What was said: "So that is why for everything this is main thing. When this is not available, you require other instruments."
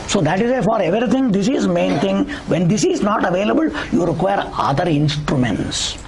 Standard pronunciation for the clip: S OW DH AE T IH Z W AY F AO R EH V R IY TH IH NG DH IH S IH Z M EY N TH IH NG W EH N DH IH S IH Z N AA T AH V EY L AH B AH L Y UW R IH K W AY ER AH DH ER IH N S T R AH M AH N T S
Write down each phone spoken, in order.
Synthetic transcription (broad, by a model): S OW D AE T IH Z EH F AO R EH V R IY T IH NG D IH S IH Z M EY N T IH NG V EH N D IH S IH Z N AA T AH V EY L AH B AH L Y UW R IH K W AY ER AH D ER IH N S T R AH M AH N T S